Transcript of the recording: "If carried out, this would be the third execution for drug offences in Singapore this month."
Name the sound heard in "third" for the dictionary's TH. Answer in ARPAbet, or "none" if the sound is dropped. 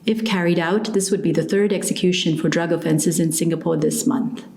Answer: TH